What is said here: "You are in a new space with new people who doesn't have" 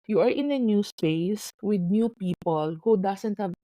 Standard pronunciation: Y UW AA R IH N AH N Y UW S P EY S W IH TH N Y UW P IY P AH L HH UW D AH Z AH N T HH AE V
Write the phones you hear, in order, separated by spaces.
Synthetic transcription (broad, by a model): Y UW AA R IH N AH N Y UW S P EY S W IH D N Y UW P IY P AH L HH UW D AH S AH N T HH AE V